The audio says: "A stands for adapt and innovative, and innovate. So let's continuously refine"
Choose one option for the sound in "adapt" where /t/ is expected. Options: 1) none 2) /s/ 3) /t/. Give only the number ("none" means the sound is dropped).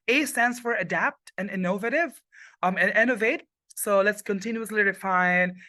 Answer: 3